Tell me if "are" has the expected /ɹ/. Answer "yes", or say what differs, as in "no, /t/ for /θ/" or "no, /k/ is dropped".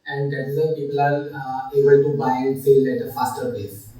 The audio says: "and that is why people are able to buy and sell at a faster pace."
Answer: no, /l/ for /ɹ/